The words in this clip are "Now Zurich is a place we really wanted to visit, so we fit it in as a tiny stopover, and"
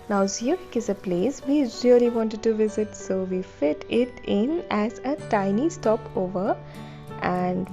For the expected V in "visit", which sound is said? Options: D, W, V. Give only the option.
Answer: V